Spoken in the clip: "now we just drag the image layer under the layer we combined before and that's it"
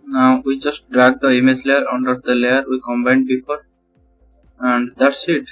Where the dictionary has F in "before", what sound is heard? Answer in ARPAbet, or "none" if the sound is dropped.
P